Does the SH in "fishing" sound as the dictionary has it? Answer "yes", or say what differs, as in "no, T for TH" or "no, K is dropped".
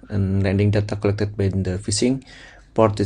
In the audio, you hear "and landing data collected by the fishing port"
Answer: no, S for SH